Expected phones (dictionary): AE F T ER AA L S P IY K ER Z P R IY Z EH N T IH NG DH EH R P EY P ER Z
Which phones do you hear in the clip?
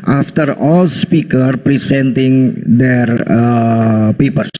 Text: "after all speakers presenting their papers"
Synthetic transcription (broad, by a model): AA F T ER AA L S P IY K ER P R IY S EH N T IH NG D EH R P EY P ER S